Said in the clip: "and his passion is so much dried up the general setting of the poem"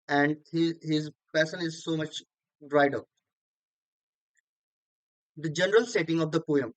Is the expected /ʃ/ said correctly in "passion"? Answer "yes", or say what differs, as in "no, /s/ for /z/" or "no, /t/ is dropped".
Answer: no, /s/ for /ʃ/